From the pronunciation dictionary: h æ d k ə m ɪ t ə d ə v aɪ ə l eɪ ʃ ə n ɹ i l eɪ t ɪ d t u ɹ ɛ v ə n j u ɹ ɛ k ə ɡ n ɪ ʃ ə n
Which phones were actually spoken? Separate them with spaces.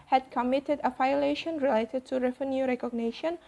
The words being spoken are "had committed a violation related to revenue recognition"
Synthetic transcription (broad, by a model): h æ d k ə m ɪ t ə d ə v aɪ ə l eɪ ʃ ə n ɹ i l eɪ t ɪ d t u ɹ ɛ f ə n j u ɹ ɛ k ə ɡ n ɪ ʃ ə n